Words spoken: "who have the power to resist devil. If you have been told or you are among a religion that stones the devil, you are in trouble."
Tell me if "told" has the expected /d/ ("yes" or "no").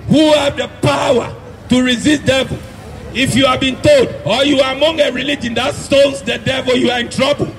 yes